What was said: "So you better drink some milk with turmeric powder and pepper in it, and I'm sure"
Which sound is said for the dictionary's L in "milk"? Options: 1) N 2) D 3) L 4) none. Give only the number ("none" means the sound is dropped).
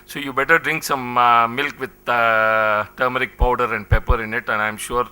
3